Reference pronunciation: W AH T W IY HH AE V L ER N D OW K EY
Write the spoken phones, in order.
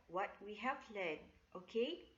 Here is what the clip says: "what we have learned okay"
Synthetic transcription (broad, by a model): W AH T W IY HH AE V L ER D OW K EY